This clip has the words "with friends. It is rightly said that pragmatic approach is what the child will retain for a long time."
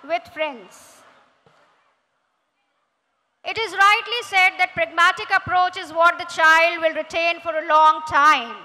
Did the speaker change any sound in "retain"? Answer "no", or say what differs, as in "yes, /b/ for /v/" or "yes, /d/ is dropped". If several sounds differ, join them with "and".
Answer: no